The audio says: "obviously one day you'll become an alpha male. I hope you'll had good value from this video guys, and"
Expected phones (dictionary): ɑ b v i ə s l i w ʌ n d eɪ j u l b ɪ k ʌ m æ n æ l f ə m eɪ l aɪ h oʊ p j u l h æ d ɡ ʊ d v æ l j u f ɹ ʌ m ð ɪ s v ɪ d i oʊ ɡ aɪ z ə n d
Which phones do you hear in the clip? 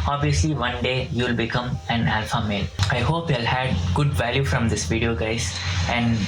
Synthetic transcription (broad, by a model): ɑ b v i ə s l i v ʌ n d eɪ j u l b ɪ k ʌ m æ n æ l f ə m eɪ l aɪ h oʊ p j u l h æ d ɡ ʊ d v æ l j u f ɹ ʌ m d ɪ s v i d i oʊ ɡ aɪ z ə n d